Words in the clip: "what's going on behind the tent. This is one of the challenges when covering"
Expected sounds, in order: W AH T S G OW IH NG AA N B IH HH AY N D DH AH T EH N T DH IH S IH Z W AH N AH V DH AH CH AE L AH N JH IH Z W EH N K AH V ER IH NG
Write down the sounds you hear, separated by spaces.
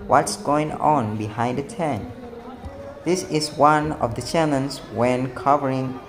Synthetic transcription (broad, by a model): W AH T S G OW IH NG AA N B IH HH AY N D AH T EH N DH IH S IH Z W AH N AH V DH AH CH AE N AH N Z W EH N K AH V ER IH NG